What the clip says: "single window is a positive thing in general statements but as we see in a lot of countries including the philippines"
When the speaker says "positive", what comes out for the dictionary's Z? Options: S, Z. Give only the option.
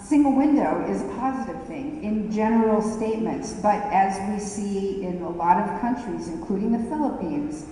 Z